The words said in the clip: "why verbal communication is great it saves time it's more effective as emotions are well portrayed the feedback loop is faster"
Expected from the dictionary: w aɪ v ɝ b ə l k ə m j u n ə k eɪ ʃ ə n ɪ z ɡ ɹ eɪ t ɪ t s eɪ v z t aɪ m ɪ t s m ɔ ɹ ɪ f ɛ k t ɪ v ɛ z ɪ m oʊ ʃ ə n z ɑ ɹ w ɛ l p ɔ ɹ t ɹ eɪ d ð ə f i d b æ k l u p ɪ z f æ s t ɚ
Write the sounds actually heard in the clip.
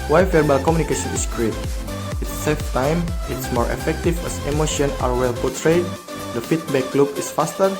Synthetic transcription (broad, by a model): w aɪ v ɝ b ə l k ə m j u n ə k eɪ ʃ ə n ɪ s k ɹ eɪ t ɪ t s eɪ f t aɪ m ɪ t s m ɔ ɹ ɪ f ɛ k t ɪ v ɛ s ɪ m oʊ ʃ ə n ɑ ɹ w ɛ l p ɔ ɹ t ɹ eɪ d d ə f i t b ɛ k l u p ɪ s f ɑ s t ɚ